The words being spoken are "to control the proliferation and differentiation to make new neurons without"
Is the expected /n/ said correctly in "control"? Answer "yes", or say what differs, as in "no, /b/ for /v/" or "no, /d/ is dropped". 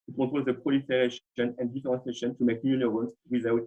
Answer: no, /n/ is dropped